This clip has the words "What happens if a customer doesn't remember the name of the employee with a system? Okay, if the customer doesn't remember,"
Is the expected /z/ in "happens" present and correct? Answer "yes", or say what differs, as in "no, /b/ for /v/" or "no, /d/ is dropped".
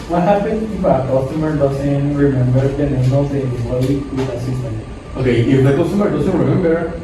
no, /z/ is dropped